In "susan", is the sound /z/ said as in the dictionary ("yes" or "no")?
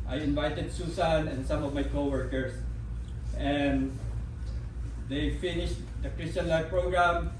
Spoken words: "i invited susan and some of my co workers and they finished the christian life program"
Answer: no